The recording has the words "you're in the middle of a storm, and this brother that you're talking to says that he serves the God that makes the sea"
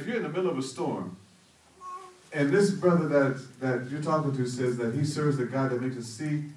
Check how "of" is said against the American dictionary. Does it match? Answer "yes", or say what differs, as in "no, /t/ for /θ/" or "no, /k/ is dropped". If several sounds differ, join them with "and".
yes